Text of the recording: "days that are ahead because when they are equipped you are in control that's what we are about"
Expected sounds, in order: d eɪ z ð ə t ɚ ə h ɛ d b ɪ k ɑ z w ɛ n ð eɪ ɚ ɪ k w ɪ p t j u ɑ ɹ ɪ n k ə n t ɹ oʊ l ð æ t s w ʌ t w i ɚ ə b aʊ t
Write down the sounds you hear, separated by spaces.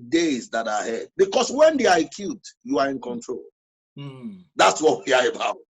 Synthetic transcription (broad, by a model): d eɪ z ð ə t ə h ɛ d b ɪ k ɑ s w ɛ n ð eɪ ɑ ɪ k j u t j u ɑ ɹ ɪ n k ə n t ɹ oʊ l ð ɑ t s w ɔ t w i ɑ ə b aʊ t